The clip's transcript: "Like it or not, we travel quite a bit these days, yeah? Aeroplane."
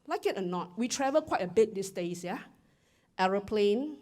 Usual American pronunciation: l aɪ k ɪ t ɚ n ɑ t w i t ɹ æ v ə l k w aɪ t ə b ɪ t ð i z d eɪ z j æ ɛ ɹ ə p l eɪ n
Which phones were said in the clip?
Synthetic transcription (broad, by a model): l aɪ k ɪ t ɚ n ɑ t w i t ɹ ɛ v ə l k w aɪ t ə b ɪ t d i s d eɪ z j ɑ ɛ ɹ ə p l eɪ n